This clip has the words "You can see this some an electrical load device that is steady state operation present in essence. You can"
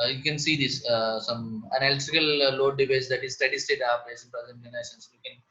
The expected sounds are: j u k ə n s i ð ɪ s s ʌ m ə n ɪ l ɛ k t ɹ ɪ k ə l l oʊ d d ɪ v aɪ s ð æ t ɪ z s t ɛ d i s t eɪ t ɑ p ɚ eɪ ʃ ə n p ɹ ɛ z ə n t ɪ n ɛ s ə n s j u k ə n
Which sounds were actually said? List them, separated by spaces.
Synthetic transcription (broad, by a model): j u k ə n s i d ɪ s s ʌ m ə n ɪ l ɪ t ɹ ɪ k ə l l oʊ d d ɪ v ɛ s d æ t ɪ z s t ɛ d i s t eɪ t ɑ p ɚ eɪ s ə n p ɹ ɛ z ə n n ɪ n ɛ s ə n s j u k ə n